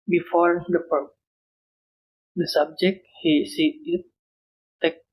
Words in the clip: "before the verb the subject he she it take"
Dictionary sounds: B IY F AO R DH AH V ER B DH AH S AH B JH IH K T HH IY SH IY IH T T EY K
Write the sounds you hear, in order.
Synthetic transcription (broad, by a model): B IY F AO R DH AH P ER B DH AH S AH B JH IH K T HH IY S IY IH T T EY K